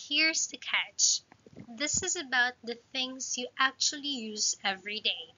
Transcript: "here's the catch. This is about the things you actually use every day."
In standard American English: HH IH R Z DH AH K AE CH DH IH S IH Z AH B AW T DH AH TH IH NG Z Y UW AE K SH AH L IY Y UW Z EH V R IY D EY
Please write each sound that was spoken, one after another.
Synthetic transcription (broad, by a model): HH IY R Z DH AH K AE CH DH IH S IH Z AH B AW T DH AH TH IH NG Z Y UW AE K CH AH L IY Y UW Z EH V R IY D EY